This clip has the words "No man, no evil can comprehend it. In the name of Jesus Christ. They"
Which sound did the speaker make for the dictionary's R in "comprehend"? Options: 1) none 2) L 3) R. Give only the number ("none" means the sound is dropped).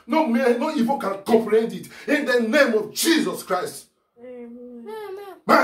2